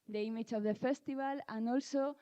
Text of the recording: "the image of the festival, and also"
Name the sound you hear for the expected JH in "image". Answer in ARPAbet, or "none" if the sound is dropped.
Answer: CH